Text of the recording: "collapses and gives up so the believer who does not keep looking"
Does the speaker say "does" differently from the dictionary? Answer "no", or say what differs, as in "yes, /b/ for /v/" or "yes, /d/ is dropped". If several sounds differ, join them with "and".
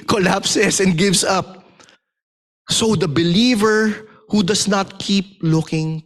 yes, /s/ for /z/